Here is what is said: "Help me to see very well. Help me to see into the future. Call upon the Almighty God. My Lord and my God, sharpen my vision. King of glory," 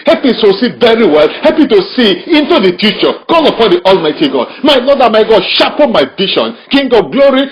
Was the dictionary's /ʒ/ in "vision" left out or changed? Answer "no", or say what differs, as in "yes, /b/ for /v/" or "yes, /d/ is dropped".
yes, /ʃ/ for /ʒ/